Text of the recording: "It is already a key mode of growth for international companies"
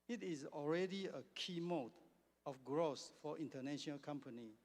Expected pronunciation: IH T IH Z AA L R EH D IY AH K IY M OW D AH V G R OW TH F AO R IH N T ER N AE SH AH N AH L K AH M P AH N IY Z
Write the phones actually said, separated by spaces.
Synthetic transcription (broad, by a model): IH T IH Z AA L R EH D IY AH K IY M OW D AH F G R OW S F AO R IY N T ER N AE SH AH N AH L K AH M P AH N IY